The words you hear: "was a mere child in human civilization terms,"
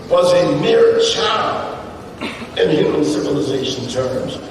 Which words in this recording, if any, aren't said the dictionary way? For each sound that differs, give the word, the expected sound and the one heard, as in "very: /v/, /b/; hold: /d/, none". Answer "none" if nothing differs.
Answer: child: /d/, none